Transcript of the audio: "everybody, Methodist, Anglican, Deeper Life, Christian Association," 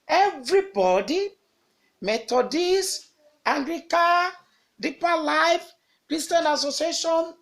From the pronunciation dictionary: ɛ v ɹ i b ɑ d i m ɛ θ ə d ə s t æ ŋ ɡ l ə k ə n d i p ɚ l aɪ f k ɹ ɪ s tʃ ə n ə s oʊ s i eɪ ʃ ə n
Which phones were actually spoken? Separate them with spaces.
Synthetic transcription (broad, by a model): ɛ v ɹ i b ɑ d i m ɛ t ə d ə s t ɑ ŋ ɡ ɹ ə k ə d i p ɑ l aɪ f k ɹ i s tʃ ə n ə s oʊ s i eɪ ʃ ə n